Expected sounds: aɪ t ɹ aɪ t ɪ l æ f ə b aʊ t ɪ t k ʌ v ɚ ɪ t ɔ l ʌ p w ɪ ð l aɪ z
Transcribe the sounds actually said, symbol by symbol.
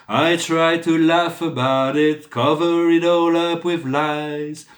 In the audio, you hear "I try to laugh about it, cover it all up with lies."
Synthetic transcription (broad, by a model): aɪ t ɹ aɪ t ɪ l æ f ə b aʊ t ɪ t k ʌ v ɚ ɪ t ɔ l ʌ p w ɪ ð l aɪ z